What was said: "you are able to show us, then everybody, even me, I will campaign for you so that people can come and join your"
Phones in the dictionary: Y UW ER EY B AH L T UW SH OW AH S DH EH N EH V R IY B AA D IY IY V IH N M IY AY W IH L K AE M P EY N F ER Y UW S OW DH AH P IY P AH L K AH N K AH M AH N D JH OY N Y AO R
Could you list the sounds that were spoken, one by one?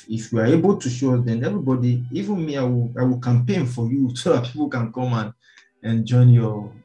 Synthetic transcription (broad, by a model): Y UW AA EY B AH L T UW SH OW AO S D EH N EH V R IY B AA D IY IY V IH N M IY AY W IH W K AE M P EY N F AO Y UW S OW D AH P IY P AH L K AH N K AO M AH N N JH OY N Y AO